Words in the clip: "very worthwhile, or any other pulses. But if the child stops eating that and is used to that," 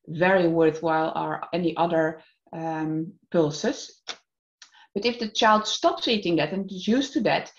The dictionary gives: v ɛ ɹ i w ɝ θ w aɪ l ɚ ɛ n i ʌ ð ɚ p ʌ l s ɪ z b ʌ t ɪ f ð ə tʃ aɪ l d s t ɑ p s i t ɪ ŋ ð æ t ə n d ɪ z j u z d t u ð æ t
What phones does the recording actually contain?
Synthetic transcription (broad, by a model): v ɛ ɹ i w ɝ θ w aɪ l ɚ ɛ n i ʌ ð ɚ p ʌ l s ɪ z b ʌ t ɪ f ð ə tʃ aɪ l d s t ɑ p s i t ɪ ŋ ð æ t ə n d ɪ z j u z t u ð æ t